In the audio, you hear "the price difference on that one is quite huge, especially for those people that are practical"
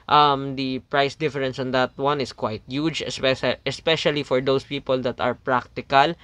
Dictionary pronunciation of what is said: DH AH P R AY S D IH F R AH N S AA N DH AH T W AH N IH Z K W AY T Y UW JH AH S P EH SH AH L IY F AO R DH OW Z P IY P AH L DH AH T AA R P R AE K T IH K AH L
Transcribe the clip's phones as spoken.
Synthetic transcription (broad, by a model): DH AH P R AY S D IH F R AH N S AA N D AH T W AH N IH S K W AY T Y UW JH AH S P EH SH AH L IY F AO R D OW S P IY P AH L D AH T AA R P R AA K T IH K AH L